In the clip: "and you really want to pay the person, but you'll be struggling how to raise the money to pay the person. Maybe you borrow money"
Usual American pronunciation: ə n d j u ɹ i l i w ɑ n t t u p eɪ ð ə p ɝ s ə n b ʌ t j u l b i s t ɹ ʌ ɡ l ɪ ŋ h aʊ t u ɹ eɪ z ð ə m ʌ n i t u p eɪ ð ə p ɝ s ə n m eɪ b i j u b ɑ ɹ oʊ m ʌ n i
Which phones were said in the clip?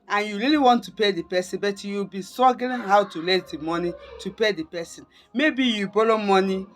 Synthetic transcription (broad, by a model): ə n j u ɹ i l i w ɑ n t t u p eɪ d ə p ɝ s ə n b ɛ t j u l b i s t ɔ ɡ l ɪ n h aʊ t u l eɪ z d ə m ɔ n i t u p eɪ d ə p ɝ s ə n m eɪ b i j u b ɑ l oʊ m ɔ n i